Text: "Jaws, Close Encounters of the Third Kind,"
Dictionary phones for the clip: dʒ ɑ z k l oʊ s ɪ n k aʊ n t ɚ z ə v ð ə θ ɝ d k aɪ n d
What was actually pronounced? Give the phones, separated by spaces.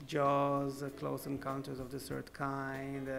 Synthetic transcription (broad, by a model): dʒ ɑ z k l oʊ s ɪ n k aʊ n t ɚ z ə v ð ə s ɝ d k aɪ n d